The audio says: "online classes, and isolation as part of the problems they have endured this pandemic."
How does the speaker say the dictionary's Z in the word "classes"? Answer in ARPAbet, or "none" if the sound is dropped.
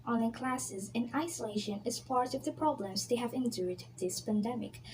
Z